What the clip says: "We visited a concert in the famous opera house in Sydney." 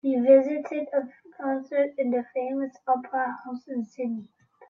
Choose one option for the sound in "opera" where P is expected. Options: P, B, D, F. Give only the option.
P